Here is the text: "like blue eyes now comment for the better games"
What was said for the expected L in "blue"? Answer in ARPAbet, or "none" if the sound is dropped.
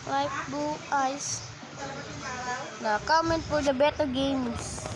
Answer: none